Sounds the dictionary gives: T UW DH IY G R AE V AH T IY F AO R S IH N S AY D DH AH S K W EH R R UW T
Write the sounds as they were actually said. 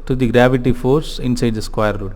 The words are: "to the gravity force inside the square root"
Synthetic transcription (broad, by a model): T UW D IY G R AE V AH T IY F AO R S IH N S AY D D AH S K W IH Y R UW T